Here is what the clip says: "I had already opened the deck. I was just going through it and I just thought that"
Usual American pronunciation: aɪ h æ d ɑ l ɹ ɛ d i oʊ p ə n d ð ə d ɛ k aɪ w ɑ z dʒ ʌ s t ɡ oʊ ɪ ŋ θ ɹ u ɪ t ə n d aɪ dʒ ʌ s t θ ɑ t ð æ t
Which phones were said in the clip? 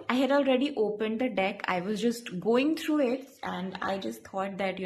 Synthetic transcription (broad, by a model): aɪ h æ d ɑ l ɹ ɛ d i oʊ p ə n d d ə d ɛ k aɪ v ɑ z dʒ ʌ s t ɡ oʊ ɪ ŋ t ɹ u ɪ t ə n d aɪ dʒ ʌ s t t ɑ t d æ t